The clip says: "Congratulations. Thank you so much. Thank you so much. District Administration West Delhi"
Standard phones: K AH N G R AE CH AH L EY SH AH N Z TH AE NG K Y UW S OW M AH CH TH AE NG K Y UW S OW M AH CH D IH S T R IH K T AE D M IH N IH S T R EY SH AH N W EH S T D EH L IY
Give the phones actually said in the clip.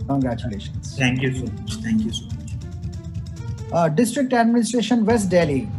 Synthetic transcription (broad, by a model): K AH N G R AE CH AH L EY SH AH N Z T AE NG K Y UW S OW M AH CH T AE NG K Y UW S OW M AH CH D IH S T R IH K T AE D M IH N IH S T R EY SH AH N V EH S T D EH L IY